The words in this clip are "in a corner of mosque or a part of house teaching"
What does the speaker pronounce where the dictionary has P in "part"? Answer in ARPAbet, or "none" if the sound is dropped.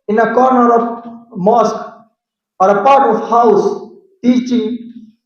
P